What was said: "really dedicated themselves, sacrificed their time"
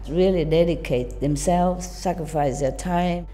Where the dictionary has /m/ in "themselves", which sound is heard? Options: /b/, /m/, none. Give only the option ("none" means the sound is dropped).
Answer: /m/